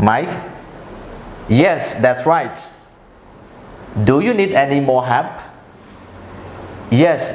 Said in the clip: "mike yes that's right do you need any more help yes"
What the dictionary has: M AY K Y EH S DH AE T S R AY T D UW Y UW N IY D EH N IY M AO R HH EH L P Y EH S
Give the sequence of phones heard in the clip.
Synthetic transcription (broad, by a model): M AY K Y EH S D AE T S R AY T D UW Y UW N IY D EH N IY M AO HH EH P Y EH S